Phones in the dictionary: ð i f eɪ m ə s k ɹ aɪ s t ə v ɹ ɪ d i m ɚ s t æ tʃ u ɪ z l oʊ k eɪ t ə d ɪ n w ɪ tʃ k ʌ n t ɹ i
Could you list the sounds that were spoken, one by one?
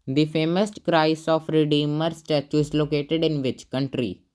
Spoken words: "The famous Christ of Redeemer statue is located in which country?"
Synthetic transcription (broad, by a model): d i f eɪ m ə s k ɹ aɪ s ə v ɹ ɪ d i m ɚ s t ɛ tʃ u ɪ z l oʊ k eɪ t ə d ɪ n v ɪ tʃ k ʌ n t ɹ i